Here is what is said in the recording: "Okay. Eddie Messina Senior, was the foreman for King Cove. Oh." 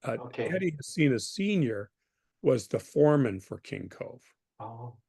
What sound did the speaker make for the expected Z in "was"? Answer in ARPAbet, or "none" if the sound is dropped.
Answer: Z